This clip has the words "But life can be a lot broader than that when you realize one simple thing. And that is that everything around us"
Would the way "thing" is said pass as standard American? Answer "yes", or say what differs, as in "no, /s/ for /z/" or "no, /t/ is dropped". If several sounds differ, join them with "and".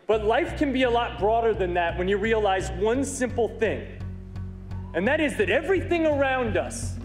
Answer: yes